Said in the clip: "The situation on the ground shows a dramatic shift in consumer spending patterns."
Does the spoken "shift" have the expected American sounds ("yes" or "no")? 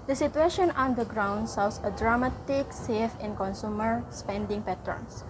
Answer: no